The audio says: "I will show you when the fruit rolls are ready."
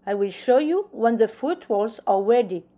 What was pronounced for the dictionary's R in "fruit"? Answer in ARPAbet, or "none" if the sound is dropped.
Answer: none